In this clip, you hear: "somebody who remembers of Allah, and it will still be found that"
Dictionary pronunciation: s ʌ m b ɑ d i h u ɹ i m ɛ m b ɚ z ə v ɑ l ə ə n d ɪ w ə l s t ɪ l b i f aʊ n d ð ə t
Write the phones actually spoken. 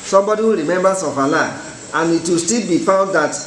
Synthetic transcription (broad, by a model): s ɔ m b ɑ d i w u ɹ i m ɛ m b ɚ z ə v ɑ l ə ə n ɪ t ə s t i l b i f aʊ d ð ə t